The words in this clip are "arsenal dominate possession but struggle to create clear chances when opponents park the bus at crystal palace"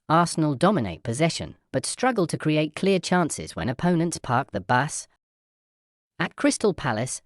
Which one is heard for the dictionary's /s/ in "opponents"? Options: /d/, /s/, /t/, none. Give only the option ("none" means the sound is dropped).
/s/